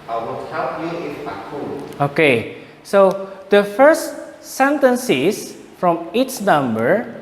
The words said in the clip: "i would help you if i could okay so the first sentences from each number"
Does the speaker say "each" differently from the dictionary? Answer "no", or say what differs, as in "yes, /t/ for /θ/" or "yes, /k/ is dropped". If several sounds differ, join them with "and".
yes, /s/ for /tʃ/